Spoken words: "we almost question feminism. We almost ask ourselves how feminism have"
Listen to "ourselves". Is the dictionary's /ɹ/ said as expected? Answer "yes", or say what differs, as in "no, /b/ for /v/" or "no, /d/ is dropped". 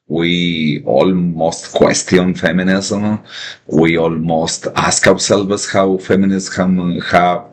no, /w/ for /ɹ/